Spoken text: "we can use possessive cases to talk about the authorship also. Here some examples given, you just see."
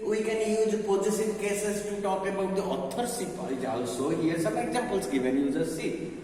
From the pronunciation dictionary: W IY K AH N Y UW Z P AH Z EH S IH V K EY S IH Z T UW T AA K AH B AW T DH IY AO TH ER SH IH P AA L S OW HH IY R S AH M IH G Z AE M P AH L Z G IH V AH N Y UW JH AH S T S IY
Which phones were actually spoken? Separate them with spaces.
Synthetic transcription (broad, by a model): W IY K AH N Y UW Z P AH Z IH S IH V K EY S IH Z T UW T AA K AH B AW T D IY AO T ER S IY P AA L S OW HH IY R S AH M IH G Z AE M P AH L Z G IH V AH N Y UW Z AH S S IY